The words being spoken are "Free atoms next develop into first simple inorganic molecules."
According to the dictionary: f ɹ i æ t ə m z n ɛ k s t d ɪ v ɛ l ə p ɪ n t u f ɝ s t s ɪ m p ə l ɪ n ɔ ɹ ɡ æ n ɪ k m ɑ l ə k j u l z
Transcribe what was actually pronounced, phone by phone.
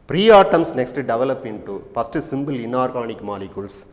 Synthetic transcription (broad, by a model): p ɹ i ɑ t ə m s n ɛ k s t d ɪ v ɛ l ə p ɪ n t u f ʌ s t s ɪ m b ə l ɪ n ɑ ɹ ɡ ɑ n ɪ k m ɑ l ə k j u l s